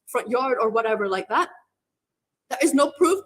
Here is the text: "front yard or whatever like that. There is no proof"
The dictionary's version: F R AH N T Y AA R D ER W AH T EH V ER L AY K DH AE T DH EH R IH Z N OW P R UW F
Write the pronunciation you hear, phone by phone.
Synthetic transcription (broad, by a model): F R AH N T Y AA R D ER W AH T EH V ER L AY K DH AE T DH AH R IH Z N OW P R UW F